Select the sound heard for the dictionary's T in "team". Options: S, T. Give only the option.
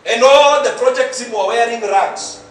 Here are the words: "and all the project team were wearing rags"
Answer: S